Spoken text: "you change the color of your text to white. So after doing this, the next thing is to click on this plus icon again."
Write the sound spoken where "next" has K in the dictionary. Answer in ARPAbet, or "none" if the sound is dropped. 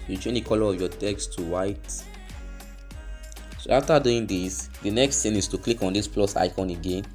K